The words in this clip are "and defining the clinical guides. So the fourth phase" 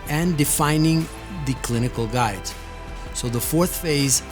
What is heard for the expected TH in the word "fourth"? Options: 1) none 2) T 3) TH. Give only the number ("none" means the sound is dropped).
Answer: 3